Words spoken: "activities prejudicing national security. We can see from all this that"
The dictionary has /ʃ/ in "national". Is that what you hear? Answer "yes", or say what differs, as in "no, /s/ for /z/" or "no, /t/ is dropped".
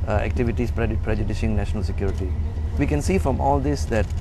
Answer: yes